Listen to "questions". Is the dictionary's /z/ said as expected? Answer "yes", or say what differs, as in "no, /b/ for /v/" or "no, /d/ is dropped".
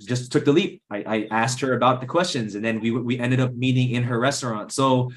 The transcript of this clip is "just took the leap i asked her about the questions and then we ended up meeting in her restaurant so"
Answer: yes